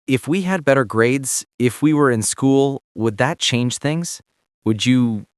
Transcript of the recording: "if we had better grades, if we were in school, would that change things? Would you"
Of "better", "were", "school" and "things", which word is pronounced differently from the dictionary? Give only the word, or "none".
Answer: none